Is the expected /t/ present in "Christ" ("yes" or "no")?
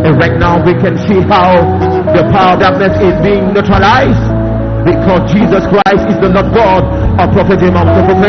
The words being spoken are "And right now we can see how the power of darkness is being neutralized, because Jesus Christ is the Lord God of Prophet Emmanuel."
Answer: yes